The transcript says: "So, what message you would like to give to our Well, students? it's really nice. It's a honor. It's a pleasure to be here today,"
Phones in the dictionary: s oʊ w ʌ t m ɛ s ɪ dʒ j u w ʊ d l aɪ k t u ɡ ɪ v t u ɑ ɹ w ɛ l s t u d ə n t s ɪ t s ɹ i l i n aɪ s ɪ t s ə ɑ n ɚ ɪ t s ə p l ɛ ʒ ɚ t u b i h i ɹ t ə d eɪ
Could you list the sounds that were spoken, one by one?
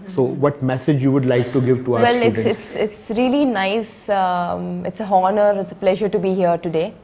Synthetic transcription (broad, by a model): s oʊ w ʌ t m ɛ s ɪ dʒ j u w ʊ d l aɪ k t u ɡ ɪ v t u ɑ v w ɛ l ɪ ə t s ɪ t s ɹ i l i n aɪ s ɪ t s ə ɑ n ɚ ɪ t s ə p l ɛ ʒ ɚ t u b i h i ɹ t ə d eɪ